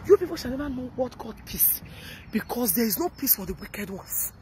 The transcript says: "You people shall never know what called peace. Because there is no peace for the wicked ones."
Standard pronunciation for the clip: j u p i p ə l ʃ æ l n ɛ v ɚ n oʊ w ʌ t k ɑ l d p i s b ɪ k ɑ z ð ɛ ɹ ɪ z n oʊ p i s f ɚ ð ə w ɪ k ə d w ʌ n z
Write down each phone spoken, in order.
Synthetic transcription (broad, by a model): j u p i p ə l ʃ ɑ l n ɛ v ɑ n oʊ w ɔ t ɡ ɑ d p i s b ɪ k ɑ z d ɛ ɹ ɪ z n oʊ p i s f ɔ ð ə w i k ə d w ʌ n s